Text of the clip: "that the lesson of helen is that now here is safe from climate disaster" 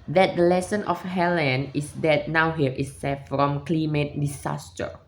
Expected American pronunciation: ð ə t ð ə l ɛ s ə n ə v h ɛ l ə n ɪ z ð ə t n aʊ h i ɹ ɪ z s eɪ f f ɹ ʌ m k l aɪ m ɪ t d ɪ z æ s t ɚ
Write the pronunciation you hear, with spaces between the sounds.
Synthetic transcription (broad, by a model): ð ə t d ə l ɛ s ə n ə f h ɛ l ə n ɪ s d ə t n aʊ h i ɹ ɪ s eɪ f f ɹ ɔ m k l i m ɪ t d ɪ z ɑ s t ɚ